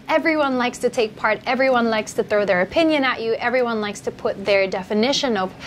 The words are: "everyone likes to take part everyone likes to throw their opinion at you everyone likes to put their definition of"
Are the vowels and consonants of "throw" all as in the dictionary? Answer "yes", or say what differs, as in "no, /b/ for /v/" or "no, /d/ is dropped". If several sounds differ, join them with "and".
yes